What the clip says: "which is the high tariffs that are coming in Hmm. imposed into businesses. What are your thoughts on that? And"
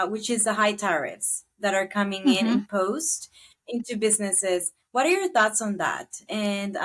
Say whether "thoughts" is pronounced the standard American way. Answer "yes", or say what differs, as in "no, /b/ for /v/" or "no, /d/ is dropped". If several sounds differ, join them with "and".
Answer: yes